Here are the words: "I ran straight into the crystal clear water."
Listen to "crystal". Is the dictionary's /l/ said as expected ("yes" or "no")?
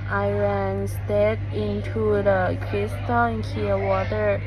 no